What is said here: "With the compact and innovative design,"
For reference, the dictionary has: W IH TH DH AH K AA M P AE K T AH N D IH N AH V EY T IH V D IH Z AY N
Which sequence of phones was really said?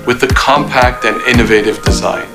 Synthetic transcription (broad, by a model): W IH DH AH K AA M P AE K T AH N IH N AH V EY T IH V D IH Z AY N